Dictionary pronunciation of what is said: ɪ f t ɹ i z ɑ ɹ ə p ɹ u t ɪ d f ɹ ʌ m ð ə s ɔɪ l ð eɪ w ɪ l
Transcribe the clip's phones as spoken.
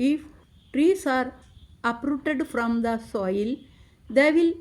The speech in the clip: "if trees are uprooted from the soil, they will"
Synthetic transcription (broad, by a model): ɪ f t ɹ i s ɑ ɹ ə p ɹ u t ɪ d f ɹ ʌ m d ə s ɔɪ l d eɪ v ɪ l